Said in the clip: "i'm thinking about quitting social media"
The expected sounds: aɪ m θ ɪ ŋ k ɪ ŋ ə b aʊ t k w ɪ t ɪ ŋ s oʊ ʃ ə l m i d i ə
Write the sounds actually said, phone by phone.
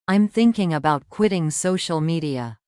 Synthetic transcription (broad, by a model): aɪ m θ ɪ ŋ k ɪ ŋ ə b aʊ t k w ɪ t ɪ ŋ s oʊ ʃ l m i d i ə